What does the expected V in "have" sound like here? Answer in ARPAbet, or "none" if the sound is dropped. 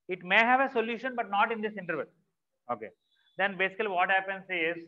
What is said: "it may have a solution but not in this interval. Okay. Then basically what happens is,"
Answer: V